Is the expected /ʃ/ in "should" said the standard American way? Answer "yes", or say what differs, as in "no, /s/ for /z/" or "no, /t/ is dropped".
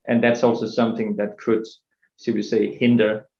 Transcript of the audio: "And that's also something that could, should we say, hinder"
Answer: no, /s/ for /ʃ/